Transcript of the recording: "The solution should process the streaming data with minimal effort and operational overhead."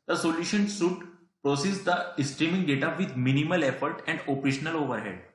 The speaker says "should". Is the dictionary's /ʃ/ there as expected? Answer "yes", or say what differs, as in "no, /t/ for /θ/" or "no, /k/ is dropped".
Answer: no, /s/ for /ʃ/